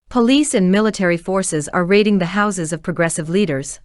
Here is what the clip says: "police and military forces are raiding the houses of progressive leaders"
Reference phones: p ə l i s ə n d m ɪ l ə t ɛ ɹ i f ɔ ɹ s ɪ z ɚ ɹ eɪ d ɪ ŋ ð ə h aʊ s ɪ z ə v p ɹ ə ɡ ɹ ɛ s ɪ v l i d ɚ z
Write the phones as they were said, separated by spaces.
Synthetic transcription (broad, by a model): p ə l i s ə n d m ɪ l ə t ɛ ɹ i f ɔ ɹ s ɪ z ɚ ɹ eɪ d ɪ ŋ ð ə h aʊ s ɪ z ə v p ɹ ə ɡ ɹ ɛ s ɪ v l i d ɚ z